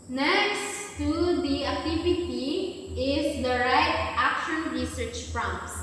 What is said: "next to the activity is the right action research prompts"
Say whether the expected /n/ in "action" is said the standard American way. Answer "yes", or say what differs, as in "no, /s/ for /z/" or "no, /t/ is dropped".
yes